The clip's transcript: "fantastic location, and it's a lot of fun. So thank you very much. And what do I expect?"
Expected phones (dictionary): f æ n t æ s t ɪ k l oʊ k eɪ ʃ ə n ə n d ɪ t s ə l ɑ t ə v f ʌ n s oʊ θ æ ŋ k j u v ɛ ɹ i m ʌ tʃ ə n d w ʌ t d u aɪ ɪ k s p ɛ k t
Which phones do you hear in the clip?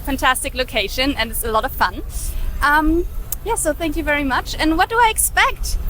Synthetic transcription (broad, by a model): f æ n t æ s t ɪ k l oʊ k eɪ ʃ ə n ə n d ɪ t s ə l ɑ t ə v f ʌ n s oʊ θ æ ŋ k j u v ɛ ɹ i m ʌ tʃ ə n w ʌ t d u aɪ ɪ k s p ɛ k t